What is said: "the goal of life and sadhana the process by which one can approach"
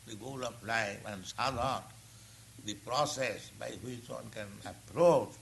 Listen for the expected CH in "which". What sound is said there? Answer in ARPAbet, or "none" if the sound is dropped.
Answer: CH